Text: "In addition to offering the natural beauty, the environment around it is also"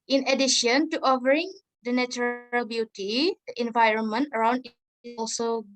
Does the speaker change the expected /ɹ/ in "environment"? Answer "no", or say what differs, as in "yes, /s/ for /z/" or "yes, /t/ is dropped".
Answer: no